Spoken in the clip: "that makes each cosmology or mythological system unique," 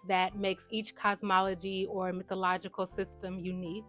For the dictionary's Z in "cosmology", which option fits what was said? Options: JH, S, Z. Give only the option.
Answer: Z